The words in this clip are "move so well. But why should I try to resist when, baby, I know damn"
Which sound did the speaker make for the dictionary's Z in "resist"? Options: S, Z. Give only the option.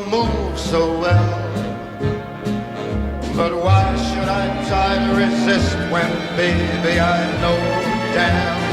Z